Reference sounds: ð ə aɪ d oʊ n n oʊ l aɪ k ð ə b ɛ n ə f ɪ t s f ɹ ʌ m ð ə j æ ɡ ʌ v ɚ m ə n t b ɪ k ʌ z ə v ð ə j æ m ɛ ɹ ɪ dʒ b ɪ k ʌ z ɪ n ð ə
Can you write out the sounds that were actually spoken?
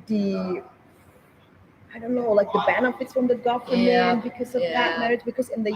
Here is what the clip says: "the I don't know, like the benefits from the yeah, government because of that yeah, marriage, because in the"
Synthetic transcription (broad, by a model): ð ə aɪ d oʊ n n oʊ l aɪ k ð ə b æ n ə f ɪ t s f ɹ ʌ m ð ə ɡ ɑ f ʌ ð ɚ ə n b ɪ k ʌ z ə v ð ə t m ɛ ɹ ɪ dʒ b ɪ k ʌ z ɪ n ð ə